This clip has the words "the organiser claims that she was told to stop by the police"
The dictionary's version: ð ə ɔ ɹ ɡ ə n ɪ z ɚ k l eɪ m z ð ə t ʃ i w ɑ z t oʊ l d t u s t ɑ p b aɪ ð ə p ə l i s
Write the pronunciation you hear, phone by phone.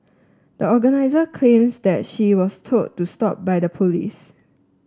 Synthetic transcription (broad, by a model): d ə ɔ ɡ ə n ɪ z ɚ k l eɪ m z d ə t ʃ i w ɑ s t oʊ d t u s t ɑ p b aɪ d ə p ə l i s